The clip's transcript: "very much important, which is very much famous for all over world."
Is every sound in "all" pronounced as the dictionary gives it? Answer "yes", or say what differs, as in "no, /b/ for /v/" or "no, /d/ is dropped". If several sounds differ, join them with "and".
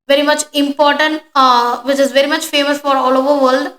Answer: yes